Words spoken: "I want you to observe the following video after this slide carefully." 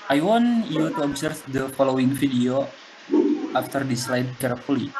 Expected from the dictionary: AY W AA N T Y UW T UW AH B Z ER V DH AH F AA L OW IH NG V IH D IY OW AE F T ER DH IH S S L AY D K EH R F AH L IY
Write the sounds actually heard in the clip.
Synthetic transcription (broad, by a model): AY W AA N Y UW T UW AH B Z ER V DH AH F AA L OW IH NG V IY D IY OW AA F T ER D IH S S L AY D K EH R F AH L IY